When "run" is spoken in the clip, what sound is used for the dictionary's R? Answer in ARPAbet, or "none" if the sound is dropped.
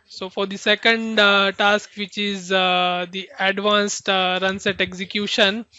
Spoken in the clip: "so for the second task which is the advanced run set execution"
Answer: R